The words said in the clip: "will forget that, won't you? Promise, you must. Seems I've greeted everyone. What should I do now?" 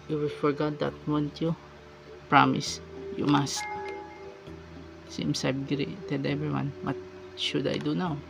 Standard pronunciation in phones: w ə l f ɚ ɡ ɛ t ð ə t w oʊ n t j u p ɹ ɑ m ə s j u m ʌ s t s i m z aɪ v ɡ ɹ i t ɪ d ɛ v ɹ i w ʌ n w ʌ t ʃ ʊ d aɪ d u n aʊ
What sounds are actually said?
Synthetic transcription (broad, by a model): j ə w f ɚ ɡ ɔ t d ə t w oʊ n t j u p ɹ ɑ m ə s j u m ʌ s t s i m s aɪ b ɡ ɹ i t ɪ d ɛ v ɹ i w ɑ n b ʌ t ʃ ʊ d aɪ d u n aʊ